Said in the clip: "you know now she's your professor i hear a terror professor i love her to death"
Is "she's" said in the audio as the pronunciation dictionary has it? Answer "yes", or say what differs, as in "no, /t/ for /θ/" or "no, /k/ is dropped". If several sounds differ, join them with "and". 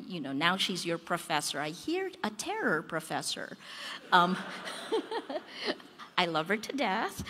yes